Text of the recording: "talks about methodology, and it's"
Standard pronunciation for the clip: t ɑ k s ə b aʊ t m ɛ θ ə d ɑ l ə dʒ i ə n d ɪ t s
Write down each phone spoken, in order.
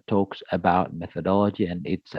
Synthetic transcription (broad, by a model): t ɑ k s ə b aʊ t m ɛ θ ə d ɑ l ə dʒ i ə n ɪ t s